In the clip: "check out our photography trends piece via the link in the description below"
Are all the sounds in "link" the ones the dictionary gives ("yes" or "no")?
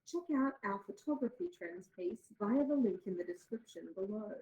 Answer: yes